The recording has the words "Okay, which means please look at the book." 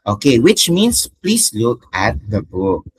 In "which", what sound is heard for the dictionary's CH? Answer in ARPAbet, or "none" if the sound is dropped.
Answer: CH